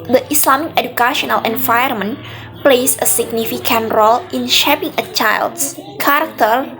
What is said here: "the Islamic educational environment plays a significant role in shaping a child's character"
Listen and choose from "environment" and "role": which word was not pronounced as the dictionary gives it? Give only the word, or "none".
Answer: environment